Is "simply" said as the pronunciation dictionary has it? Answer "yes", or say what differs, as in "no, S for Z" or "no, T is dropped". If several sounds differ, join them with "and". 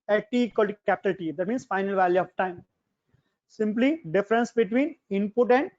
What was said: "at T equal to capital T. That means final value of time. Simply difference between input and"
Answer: yes